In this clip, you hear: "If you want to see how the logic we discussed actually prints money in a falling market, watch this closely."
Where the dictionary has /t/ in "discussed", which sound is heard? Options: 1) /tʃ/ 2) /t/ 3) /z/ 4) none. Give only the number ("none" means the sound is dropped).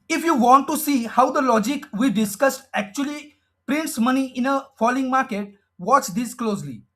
2